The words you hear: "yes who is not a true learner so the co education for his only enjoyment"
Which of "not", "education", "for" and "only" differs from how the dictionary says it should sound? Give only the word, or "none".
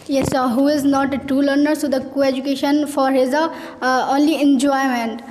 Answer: none